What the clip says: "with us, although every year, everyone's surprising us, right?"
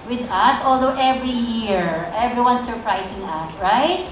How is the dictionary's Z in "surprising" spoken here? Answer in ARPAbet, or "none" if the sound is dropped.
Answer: S